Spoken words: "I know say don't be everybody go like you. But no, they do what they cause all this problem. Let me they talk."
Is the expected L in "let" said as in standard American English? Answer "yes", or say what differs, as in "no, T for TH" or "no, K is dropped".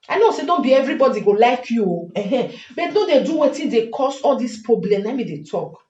no, N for L